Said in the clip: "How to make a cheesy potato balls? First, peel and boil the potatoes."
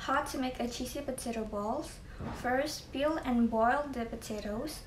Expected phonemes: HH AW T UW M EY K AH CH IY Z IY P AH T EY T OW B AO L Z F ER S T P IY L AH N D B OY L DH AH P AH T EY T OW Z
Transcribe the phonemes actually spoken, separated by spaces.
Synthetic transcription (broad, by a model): HH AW T UW M EY K AH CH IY S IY P AH T EY T OW B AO L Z F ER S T P IY L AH N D B OY L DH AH P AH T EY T OW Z